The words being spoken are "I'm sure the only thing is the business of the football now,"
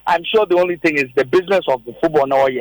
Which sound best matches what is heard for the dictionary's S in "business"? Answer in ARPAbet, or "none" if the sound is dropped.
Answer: S